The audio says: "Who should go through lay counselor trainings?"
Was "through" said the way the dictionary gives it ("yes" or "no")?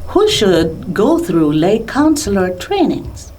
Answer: yes